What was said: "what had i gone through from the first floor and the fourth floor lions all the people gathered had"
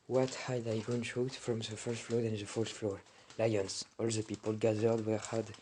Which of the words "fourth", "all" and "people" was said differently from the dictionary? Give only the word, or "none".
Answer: fourth